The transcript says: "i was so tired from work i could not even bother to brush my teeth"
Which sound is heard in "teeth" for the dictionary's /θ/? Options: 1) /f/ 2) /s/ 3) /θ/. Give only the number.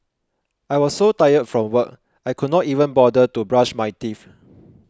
1